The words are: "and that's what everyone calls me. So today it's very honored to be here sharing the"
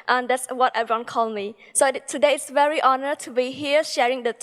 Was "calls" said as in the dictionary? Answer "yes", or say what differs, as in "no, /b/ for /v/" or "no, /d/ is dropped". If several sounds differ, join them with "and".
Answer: no, /z/ is dropped